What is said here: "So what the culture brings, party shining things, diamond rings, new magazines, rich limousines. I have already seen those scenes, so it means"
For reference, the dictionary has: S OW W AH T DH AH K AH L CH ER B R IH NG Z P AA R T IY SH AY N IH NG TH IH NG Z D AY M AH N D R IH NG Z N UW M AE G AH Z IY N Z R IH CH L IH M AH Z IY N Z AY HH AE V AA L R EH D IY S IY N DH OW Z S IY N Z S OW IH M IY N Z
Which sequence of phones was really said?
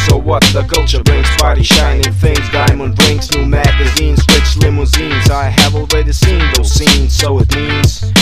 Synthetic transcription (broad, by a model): S OW W AH T DH AH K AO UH CH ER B R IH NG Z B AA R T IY SH AY N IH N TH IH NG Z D AY M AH N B R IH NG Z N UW M AE G AH Z IY N Z W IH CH L IH M AH Z IY N Z AY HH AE V AA L R EH D IY S IY N DH OW Z S IY N Z S OW IH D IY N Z